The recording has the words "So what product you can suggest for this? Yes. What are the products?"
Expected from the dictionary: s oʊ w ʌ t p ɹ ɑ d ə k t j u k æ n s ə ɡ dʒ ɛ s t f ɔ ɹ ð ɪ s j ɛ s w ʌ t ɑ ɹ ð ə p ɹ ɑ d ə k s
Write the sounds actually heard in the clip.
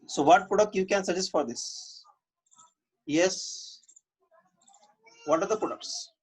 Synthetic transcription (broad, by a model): s oʊ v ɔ t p ʊ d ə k j u k æ n s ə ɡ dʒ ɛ s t f ɔ ɹ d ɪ s j ɛ s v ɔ t ɑ ɹ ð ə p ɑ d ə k s